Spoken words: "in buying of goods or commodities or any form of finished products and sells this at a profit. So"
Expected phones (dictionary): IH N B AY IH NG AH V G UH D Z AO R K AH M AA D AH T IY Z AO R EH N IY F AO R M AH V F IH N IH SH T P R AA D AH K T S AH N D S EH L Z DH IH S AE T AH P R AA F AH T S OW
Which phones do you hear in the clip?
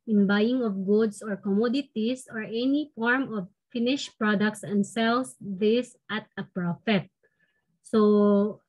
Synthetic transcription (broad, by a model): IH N B AY IH NG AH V G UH D S AO R K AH M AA D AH T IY S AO R EH N IY F AO R M AH V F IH N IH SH P R AA D AH K T S AH N D S EH L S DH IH S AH T AH P R AA F AH T S OW